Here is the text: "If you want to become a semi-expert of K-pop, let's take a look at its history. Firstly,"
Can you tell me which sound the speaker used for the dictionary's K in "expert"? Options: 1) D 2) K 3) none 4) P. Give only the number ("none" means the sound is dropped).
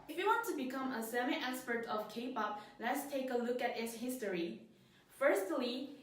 3